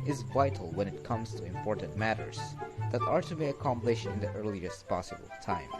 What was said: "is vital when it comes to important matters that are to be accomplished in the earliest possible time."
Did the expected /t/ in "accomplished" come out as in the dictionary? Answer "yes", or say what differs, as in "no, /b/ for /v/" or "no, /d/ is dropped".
no, /t/ is dropped